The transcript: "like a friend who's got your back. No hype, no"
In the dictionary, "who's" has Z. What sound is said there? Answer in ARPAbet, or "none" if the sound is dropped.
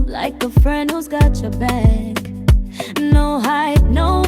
Z